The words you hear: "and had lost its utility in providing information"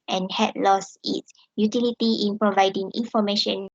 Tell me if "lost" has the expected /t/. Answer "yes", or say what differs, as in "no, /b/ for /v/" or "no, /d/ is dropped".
no, /t/ is dropped